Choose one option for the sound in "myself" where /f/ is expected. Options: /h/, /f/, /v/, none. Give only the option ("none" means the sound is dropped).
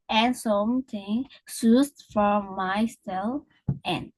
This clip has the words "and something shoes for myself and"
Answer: none